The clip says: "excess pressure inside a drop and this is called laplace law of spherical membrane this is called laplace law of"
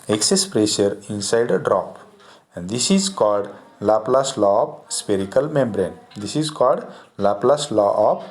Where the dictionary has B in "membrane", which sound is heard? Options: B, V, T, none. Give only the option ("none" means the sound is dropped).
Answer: B